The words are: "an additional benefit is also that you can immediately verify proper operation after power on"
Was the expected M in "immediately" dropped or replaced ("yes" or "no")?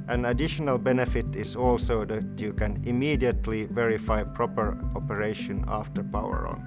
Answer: no